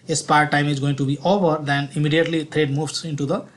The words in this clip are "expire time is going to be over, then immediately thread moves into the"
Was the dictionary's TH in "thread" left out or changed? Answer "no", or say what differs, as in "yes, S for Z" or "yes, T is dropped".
yes, T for TH